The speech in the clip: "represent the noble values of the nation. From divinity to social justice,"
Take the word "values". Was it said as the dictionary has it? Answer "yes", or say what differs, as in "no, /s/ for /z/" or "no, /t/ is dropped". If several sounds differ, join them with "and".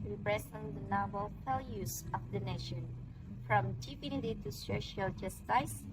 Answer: no, /f/ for /v/